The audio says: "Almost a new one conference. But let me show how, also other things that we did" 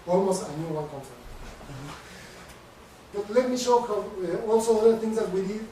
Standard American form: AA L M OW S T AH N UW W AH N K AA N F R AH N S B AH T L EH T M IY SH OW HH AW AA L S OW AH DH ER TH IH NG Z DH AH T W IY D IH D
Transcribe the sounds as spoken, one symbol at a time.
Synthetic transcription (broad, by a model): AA L M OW S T AH N UW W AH L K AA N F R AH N B AH T L EH T M IY SH OW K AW AA L S OW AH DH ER T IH NG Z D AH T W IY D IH